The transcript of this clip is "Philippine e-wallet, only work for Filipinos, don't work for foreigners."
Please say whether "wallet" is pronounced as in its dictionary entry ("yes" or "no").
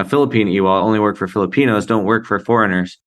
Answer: no